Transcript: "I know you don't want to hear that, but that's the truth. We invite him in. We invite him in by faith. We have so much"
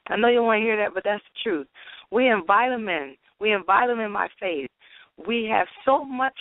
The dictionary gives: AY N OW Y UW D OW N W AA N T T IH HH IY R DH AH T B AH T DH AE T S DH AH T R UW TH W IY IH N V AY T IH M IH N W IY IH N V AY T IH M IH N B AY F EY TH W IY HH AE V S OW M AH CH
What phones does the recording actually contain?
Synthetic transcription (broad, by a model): AY N OW Y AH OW W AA N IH HH IY R DH AH T B AH T DH AE T S DH AH T R UW TH W IY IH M V AY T IH M IH N W IY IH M V AY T IH M IH N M AY F EY TH W IY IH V S OW M AH CH